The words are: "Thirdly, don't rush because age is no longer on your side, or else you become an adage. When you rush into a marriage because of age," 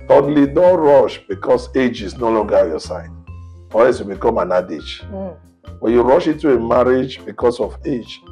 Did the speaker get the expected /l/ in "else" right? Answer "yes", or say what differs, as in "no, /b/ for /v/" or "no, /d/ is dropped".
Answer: no, /l/ is dropped